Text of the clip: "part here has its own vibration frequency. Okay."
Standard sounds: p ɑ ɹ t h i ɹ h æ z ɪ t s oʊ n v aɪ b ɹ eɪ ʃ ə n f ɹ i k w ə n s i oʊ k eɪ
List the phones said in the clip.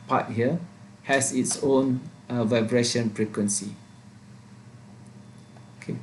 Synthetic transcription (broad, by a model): p ɑ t h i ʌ h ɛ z ɪ t s oʊ n v aɪ b ɹ eɪ ʃ ə n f ɹ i k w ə n s i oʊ k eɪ